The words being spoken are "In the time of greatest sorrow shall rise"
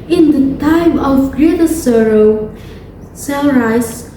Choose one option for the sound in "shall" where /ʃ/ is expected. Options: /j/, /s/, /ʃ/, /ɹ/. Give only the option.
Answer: /s/